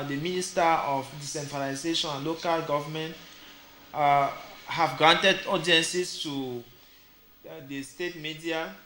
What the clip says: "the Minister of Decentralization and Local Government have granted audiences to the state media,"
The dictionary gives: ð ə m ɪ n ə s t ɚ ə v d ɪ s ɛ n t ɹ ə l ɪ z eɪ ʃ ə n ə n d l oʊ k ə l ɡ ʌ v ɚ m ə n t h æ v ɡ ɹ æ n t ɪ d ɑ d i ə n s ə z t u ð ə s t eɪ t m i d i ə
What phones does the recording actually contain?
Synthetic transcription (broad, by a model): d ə m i n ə s t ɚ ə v d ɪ s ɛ n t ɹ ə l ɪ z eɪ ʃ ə n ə n l oʊ k ə l ɡ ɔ v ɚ m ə n t h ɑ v ɡ ɹ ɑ n t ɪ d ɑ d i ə n s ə s t u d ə s t eɪ t m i d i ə